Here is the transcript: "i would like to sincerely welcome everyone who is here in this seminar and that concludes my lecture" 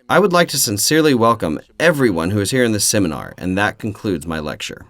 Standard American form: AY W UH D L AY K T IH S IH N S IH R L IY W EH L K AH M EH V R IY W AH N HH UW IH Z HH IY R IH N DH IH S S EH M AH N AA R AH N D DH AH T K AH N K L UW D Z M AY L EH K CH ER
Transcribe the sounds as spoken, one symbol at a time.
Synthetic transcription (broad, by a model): AY W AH D L AY K T IH S IH N S IH R L IY W EH L K AH M EH V R IY W AH N HH UW IH Z HH IY R IH N DH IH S S EH M AH N AA R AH N DH AH T K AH N K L UW D Z M AY L EH K CH ER